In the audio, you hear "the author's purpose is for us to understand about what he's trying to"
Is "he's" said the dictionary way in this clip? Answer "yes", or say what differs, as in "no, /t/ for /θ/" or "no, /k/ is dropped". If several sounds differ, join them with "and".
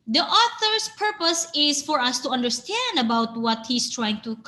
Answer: no, /s/ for /z/